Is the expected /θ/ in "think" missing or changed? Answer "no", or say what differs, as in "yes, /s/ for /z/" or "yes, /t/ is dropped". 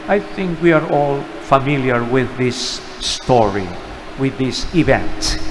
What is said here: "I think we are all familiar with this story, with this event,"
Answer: no